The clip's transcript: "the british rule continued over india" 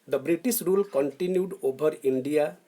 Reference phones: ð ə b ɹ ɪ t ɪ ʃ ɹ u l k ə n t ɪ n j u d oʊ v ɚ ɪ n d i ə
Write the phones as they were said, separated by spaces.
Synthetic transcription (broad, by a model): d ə b ɹ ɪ t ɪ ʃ ɹ u l k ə n t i n j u d oʊ b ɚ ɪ n d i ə